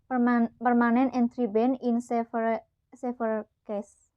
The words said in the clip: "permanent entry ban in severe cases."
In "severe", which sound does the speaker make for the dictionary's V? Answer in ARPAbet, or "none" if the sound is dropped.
F